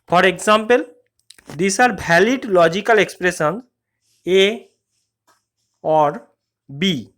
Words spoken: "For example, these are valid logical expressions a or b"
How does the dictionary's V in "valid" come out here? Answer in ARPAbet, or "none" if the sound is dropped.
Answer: B